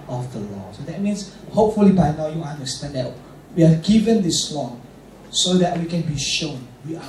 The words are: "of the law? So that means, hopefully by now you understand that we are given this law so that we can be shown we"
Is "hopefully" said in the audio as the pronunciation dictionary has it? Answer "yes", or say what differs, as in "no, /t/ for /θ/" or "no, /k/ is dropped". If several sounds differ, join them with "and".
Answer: yes